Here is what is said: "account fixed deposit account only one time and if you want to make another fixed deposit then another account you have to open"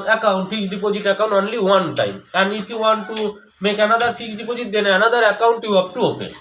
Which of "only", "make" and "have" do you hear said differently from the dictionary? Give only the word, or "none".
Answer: have